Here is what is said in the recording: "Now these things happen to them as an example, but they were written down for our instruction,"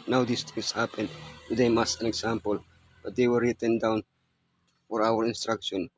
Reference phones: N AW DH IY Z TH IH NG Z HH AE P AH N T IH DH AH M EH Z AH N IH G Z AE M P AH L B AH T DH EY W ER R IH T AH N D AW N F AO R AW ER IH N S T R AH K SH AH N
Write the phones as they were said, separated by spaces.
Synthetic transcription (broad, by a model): N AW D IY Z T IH NG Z HH AE P AH N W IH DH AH M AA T AH N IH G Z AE M P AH L B AH T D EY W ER R IH T AH N D AW N F AO R AW ER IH N S T R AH K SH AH N